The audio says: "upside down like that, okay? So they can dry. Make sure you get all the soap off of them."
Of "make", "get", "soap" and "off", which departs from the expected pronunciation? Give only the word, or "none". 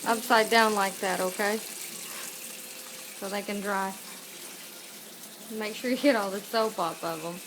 off